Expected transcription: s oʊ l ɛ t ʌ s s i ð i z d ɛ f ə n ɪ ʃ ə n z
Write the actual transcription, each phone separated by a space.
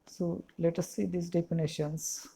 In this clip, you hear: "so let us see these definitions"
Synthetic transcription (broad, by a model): s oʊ l ɛ t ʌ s s i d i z d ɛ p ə n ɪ ʃ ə n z